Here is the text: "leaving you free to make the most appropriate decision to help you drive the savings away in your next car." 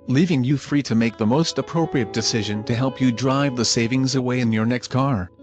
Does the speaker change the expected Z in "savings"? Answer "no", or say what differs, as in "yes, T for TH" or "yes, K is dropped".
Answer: no